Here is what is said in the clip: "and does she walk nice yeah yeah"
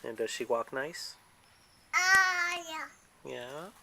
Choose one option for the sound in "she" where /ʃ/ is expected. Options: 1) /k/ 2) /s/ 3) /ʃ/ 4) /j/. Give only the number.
3